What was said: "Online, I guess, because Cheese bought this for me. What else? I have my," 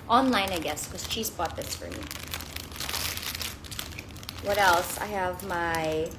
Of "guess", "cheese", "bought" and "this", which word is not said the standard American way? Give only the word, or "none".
cheese